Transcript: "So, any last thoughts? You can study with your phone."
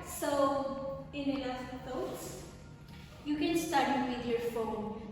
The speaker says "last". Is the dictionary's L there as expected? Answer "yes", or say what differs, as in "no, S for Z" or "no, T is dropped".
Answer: no, N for L